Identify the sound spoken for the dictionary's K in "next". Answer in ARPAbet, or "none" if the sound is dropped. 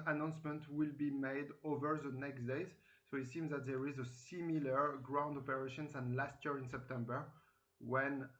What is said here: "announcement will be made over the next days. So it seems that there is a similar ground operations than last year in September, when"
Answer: K